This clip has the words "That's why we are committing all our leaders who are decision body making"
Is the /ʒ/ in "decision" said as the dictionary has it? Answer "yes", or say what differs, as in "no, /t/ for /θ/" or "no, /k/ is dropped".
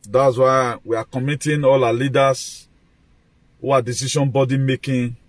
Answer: no, /ʃ/ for /ʒ/